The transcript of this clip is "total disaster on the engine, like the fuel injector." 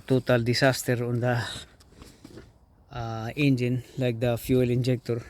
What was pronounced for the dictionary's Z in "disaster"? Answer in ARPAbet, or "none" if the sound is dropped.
S